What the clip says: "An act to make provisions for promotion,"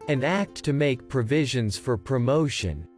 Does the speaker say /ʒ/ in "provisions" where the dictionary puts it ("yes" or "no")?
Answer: yes